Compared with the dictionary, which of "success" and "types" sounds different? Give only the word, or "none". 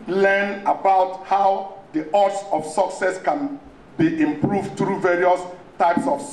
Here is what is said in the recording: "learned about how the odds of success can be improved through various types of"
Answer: none